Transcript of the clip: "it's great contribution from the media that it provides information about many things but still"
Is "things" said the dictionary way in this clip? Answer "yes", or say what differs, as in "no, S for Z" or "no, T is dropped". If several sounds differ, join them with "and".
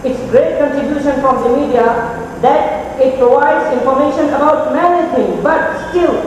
no, Z is dropped